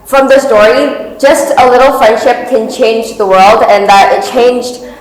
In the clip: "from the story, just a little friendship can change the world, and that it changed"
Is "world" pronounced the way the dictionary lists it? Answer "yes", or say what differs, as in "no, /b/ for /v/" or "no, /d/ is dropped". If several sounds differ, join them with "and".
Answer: yes